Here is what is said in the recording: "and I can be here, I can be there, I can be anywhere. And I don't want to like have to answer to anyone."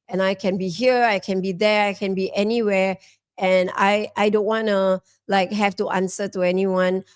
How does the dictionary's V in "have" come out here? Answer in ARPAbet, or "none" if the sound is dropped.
F